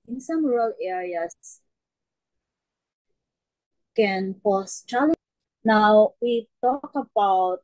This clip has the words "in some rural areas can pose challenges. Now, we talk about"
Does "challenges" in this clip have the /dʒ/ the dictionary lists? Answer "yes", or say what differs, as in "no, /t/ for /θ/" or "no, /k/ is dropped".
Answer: no, /dʒ/ is dropped